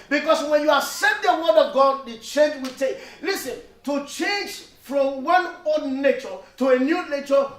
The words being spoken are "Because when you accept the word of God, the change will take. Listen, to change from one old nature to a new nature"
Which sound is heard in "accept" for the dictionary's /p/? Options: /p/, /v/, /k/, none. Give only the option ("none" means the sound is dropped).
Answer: none